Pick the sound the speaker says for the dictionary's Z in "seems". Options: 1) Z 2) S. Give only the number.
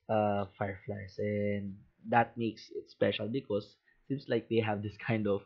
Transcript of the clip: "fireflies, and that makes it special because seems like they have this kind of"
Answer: 2